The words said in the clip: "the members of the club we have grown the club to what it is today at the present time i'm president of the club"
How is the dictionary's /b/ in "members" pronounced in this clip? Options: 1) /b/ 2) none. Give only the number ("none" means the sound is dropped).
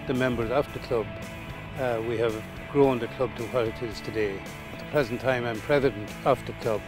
1